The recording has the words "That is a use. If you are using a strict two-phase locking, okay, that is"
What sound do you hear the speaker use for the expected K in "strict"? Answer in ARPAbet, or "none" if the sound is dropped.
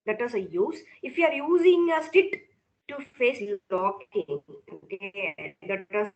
none